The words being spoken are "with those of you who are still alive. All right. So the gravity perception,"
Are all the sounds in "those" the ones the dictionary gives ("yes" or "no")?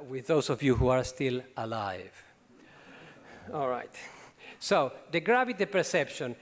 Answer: no